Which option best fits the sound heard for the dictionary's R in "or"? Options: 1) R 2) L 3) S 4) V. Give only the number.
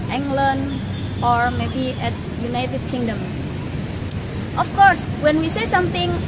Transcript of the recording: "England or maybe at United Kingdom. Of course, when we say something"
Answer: 1